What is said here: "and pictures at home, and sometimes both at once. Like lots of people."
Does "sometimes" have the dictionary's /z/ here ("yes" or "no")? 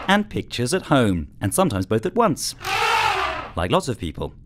yes